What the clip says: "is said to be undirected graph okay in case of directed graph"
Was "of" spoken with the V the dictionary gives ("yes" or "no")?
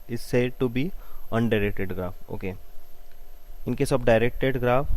no